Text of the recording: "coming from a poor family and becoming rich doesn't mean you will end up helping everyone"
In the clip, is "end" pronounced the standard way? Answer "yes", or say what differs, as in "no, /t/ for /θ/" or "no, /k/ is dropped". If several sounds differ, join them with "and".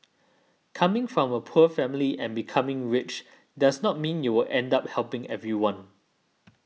yes